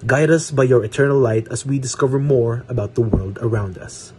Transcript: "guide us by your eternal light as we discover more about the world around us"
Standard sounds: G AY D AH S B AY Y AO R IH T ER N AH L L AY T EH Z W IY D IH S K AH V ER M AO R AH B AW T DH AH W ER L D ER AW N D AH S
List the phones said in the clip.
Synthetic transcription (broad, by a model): G AY D AH S B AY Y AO R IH T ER N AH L L AY T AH S W IY D IH S K AH V ER M AO R AH B AW T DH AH W ER L D ER AW N D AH S